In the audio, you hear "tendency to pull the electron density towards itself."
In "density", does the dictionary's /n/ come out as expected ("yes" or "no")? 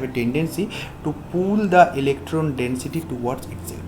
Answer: yes